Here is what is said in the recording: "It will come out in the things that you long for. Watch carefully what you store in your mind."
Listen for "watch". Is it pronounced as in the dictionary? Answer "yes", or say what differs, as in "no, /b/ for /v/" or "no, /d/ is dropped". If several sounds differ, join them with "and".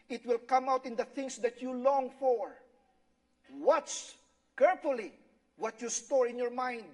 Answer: no, /s/ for /tʃ/